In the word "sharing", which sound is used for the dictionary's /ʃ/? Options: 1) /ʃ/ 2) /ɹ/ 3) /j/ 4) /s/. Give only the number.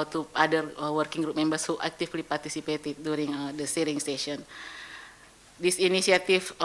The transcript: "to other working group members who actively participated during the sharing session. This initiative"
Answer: 4